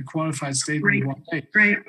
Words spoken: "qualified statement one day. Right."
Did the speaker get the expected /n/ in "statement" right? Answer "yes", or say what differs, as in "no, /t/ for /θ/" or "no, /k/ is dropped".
no, /n/ is dropped